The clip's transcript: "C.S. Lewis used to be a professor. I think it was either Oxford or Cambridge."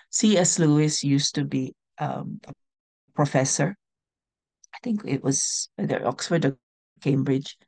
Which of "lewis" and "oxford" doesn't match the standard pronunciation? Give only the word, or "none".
none